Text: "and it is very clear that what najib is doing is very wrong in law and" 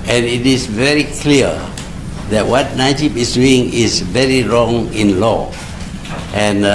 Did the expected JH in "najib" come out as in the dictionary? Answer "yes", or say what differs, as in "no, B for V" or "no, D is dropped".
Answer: no, SH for JH